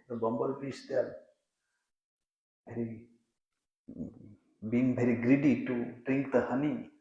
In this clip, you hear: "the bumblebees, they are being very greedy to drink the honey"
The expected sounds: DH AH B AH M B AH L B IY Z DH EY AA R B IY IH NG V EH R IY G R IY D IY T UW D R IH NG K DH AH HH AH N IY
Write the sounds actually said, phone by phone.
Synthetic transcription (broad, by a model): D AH B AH M B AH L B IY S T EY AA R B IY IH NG B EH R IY G R IY D IY T UW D R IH NG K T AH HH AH N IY